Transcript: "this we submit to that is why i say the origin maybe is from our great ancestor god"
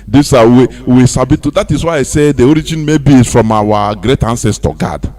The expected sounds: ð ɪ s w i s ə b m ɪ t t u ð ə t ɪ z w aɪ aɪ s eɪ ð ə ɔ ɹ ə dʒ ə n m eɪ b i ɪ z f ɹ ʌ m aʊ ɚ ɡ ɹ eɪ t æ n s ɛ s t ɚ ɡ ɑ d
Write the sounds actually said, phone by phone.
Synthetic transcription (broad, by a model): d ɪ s w i s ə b i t t u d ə t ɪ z w aɪ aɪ s eɪ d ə ɔ ɹ ə dʒ ə n m eɪ b i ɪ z f ɹ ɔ m aʊ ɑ ɡ ɹ eɪ t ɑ n s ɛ s t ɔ ɡ ɑ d